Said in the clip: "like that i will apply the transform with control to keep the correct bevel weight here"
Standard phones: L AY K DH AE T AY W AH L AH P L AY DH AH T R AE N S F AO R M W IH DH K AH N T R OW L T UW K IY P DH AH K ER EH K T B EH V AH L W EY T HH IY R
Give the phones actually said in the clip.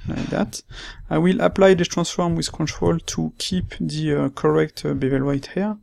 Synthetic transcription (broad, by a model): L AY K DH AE T AY W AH L AH P L AY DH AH T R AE S F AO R M W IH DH K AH N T R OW L T UW K IY P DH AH K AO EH K T B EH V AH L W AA T HH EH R